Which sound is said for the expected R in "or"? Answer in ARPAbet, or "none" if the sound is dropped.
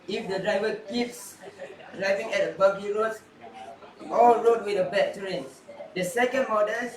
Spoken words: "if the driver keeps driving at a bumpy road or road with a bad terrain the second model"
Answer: L